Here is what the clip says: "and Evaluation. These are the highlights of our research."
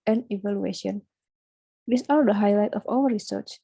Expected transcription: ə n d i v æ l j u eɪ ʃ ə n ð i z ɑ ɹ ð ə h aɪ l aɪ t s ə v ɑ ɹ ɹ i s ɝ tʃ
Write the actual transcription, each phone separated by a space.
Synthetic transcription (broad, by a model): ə n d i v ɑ l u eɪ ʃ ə n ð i s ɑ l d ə h aɪ l aɪ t ə f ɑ l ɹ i s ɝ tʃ